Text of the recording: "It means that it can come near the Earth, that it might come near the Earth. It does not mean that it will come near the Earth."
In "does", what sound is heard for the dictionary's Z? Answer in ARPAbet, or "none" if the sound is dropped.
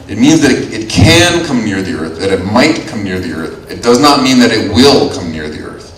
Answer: Z